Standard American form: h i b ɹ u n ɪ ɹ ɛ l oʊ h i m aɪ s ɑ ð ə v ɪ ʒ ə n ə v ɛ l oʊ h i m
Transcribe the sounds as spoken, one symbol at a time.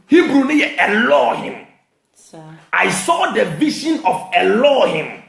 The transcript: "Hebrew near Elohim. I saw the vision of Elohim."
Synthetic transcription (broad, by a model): h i b ɹ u n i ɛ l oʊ h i m aɪ s ɑ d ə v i ʃ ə n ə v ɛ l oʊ h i m